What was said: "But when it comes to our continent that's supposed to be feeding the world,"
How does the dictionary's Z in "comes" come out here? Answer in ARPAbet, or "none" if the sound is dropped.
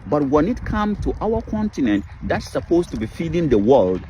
none